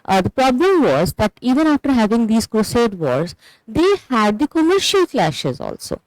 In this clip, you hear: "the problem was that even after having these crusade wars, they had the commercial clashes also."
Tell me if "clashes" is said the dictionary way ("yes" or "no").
yes